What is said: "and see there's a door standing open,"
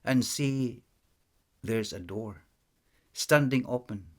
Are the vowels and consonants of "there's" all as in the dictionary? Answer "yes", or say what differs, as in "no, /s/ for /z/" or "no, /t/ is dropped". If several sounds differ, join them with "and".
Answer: yes